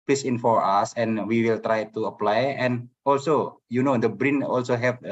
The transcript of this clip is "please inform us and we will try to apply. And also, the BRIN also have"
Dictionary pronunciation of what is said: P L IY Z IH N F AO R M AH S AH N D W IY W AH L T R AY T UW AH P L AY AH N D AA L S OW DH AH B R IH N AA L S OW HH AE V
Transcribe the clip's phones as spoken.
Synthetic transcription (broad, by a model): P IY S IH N F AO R AA S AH N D W IY W AH L T R AY T UW AH P L AY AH N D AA L S OW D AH B R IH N AA L S OW HH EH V